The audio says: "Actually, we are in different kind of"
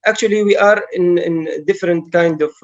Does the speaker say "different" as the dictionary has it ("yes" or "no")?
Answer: yes